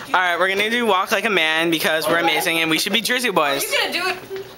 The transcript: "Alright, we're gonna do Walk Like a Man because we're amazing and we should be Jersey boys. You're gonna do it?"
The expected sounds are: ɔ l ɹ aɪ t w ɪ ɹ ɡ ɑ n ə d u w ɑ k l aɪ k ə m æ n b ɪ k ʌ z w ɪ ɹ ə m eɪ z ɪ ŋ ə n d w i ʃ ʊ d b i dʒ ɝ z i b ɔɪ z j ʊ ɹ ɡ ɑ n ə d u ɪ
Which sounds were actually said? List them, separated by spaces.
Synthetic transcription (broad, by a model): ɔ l ɹ aɪ t w ɪ ɹ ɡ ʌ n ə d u w ɑ k l aɪ k ə m æ n b ɪ k ʌ z w ɪ ɹ ə m eɪ z ɪ ŋ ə n w i ʃ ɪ d b i dʒ ɝ z i b ɔɪ z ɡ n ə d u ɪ